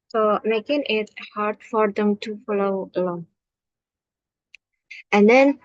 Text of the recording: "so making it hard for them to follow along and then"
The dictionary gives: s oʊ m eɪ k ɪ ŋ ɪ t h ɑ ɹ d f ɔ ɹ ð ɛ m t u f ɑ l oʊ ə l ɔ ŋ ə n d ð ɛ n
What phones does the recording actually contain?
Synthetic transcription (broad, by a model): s oʊ m eɪ k ɪ ŋ ɪ t h ɑ ɹ d f ɔ ɹ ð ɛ m t u f ɑ l oʊ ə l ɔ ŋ ə n d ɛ n